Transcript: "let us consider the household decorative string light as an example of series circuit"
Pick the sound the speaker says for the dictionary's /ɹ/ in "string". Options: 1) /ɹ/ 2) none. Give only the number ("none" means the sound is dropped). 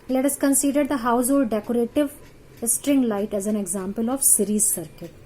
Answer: 1